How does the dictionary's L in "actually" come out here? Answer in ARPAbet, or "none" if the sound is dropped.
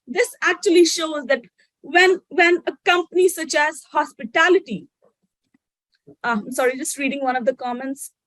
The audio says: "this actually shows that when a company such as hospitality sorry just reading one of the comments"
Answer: L